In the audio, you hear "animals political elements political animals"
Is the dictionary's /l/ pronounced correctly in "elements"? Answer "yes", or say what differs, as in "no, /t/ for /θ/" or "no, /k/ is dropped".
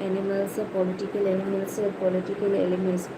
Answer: no, /n/ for /l/